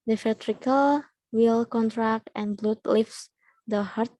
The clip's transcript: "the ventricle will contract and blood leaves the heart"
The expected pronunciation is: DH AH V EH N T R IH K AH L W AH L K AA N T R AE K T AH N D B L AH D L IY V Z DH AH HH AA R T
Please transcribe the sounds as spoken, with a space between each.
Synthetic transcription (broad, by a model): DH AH F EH T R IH K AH L W AH L K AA N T R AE K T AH N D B L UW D L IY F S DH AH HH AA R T